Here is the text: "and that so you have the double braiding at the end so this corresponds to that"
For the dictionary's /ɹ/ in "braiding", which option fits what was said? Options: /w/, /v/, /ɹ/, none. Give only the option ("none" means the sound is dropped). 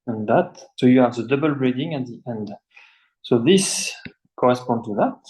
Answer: /ɹ/